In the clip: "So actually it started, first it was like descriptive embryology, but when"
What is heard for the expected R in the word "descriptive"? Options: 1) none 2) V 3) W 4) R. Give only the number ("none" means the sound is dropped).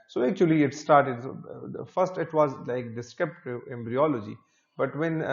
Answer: 1